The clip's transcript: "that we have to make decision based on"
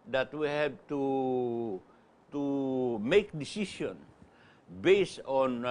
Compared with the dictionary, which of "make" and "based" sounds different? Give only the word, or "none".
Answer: based